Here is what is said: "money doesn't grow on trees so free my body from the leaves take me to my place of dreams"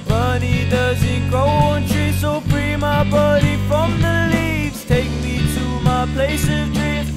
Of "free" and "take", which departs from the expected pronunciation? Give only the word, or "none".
free